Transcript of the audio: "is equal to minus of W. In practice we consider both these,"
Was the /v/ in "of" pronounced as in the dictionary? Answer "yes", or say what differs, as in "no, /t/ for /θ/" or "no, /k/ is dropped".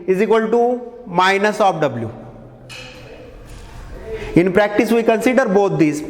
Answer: no, /p/ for /v/